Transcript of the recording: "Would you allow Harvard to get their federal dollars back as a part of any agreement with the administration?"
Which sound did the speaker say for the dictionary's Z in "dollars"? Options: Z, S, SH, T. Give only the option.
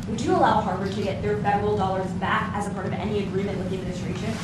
Z